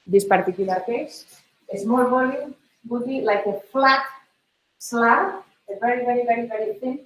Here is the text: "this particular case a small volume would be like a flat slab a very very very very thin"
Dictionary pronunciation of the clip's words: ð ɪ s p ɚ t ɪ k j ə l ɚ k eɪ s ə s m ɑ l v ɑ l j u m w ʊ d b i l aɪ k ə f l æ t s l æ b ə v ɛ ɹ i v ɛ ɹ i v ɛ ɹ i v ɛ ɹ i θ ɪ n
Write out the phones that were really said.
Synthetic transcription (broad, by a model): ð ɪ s p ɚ t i k j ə l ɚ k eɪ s ə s m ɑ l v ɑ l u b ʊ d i l aɪ k ə f l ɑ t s l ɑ ə v ɛ ɹ i v ɛ ɹ i v ɛ ɹ i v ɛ ɹ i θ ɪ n